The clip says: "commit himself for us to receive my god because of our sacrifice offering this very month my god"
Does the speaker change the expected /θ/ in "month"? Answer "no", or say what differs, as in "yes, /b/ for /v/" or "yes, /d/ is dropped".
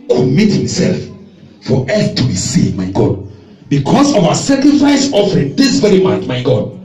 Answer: yes, /t/ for /θ/